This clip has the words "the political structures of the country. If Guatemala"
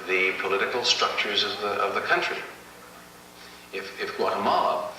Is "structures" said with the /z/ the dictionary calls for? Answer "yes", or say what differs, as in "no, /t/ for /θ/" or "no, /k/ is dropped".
yes